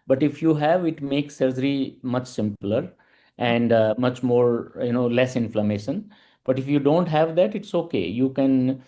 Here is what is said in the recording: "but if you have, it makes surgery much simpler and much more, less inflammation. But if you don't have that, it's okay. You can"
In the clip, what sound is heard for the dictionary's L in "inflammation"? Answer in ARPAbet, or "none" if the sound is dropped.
L